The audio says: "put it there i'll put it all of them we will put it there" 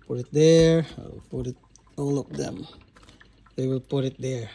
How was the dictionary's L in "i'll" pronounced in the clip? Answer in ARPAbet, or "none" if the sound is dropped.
W